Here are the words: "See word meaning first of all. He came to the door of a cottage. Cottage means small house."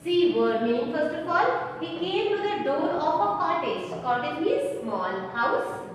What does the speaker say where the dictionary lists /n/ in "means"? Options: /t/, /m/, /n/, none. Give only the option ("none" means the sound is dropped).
none